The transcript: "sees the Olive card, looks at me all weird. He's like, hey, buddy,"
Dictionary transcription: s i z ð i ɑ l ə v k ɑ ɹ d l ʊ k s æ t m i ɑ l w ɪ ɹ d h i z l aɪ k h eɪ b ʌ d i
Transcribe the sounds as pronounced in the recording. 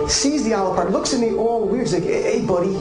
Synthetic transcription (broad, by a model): s i z ð i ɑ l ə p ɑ ɹ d l ʊ k s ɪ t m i ɑ l w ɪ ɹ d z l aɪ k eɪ b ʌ d i